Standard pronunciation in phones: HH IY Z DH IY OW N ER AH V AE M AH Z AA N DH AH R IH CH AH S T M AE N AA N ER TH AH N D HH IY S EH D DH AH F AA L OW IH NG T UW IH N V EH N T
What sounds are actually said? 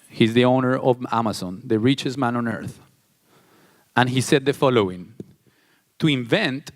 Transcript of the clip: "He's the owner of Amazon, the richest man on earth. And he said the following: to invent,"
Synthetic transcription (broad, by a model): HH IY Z DH IY OW N ER AH V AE M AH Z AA N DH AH R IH CH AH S M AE N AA N ER TH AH N HH IY S EH D DH AH F AA L OW IH NG T UW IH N V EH N T